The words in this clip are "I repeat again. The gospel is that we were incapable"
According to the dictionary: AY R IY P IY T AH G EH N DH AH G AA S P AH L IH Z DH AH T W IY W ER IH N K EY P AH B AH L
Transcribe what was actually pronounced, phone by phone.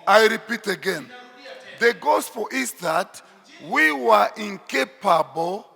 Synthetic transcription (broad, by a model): AY R IY P IY T AH G EH N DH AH G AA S F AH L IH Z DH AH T W IY W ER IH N K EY P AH B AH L